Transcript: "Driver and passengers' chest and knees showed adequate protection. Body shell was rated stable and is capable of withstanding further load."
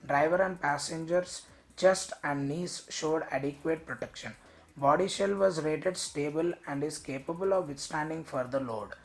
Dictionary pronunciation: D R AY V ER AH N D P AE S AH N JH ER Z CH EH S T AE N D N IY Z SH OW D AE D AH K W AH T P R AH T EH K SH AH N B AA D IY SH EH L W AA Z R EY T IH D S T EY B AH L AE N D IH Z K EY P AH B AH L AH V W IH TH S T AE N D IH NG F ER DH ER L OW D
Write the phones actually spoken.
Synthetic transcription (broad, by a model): D R AY V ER AH N D P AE S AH N JH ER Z CH EH S T AE N D N IY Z SH OW D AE D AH K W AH T P R AH T EH K SH AH N B AA D IY SH EH L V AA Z R EY T IH D S T EY B AH L AE N D IH Z K EY P AH B AH L AH V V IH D S T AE N D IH NG F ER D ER L OW D